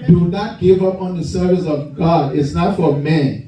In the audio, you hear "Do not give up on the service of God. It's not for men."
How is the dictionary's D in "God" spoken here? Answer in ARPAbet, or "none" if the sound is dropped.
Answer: D